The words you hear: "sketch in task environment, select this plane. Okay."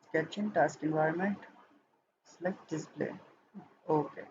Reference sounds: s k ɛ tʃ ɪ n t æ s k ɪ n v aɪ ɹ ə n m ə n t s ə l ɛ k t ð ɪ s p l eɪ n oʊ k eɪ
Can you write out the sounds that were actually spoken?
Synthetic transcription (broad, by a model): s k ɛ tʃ ɪ n t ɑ s k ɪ n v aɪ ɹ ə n m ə n t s l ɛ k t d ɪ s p l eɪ oʊ k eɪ